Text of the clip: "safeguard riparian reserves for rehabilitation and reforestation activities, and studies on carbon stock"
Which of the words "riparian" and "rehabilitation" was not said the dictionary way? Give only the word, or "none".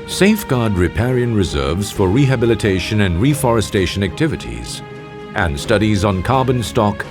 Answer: none